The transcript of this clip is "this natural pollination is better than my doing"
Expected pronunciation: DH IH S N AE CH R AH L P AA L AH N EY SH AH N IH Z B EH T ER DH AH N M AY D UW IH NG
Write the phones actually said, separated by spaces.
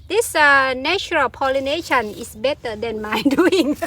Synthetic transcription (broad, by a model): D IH S N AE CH R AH L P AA L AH N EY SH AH N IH S B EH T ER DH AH N M AY D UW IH NG